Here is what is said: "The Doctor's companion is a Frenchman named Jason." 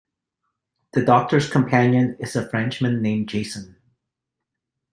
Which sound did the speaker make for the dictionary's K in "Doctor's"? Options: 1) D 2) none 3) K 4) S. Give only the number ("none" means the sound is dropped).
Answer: 3